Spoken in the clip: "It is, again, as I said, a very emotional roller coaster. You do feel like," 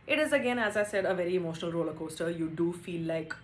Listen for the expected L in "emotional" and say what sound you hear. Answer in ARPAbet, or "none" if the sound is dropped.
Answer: L